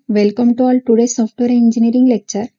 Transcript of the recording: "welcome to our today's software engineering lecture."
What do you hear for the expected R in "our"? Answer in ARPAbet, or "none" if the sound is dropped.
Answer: L